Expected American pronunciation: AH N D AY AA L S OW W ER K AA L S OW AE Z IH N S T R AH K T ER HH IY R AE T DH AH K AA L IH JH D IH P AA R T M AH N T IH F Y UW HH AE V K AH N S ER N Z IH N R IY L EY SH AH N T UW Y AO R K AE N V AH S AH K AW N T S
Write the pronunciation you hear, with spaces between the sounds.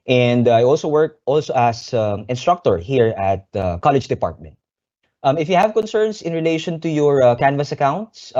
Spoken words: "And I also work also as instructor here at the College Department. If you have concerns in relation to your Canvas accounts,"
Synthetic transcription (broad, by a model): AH N D AY AA L S OW W ER K AA L S OW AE S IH N S T R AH K T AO HH IY R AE T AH K AA L IH JH D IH P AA R T M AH N T IH F Y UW HH AE V K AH N S ER N S IH N R IY L EY SH AH N T UW Y AO R K AE N V AH S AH K AW N T S